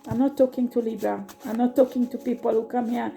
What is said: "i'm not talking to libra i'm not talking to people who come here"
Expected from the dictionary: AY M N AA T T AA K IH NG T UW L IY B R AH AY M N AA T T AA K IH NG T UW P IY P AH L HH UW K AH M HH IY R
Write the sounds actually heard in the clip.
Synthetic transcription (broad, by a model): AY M N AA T T AA K IH NG T UW L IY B AH AY M N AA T T AA K IH NG T UW P IY P AH L HH UW K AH M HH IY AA